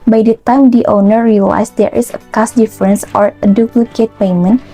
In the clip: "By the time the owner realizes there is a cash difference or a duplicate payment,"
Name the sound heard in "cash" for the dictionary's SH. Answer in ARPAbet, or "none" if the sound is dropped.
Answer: S